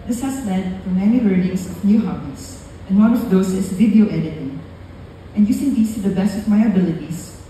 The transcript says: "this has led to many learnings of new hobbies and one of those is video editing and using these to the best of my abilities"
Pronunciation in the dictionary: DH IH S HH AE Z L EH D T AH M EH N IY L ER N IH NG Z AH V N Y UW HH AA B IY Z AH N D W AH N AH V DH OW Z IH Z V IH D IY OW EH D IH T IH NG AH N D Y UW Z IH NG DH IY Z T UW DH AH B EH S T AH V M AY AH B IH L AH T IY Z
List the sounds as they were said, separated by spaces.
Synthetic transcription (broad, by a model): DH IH S HH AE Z L EH D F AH M EH N IY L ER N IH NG S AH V N Y UW HH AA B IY S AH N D W AH N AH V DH OW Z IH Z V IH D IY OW EH D IH T IH NG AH N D Y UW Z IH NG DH IY S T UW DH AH B EH S T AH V M AY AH B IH L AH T IY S